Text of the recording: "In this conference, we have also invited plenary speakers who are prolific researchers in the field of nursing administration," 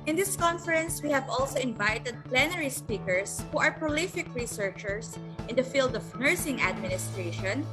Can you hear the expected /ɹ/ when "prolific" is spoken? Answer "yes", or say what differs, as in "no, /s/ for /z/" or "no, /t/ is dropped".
yes